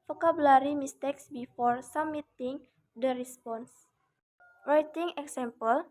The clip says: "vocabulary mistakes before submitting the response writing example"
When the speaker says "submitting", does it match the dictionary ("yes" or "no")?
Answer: no